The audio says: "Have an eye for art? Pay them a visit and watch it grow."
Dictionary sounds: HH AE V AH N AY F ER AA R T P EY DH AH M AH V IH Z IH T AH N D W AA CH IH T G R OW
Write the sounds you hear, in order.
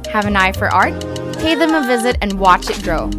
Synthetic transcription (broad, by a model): HH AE V AH N AY F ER AA R T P EY DH AH M AH V IH Z IH T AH N W AA CH IH T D R OW